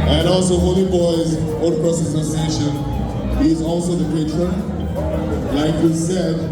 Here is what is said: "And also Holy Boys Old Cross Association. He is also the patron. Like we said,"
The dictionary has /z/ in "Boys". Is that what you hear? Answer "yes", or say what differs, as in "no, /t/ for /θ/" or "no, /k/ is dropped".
yes